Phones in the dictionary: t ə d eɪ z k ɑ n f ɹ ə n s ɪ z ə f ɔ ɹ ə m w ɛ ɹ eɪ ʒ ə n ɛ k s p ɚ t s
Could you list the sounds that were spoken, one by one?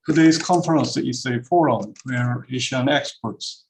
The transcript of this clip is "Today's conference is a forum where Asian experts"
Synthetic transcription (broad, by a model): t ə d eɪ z k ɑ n f ɹ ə n s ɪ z ə f ɔ ɹ ə m w ɛ ɹ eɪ ʃ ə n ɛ k s p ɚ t s